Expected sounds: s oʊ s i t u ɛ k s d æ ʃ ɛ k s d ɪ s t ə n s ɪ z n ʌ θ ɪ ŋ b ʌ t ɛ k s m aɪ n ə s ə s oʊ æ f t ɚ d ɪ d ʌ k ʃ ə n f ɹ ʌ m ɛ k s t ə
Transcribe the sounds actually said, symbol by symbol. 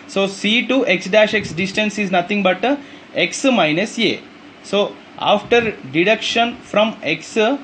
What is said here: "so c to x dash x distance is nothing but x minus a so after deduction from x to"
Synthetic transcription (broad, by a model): s oʊ s i t u ɛ k s d æ ʃ ɛ k s d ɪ s t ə n s ɪ z n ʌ t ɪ ŋ b ʌ t ɛ k s m aɪ n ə s ə s oʊ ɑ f t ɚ d ɪ d ʌ k ʃ ə n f ɹ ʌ m ɛ k s